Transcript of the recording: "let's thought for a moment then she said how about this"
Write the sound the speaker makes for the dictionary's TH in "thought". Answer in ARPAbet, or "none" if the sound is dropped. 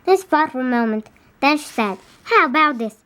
F